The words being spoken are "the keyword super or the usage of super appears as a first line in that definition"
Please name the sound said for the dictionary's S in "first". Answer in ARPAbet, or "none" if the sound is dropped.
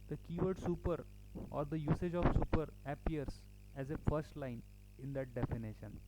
S